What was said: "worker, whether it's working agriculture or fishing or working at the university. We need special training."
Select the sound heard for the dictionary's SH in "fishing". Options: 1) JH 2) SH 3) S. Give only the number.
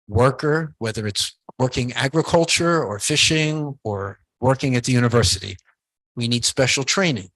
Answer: 2